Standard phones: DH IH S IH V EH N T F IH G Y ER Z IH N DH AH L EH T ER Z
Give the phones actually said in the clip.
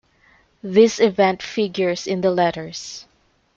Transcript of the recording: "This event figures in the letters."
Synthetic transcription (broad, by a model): DH IH S IH V EH N T F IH G Y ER S IH N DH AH L EH T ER S